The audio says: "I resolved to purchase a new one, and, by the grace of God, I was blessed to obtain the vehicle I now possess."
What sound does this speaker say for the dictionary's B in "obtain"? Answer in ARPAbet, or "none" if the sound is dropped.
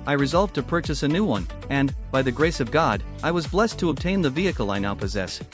B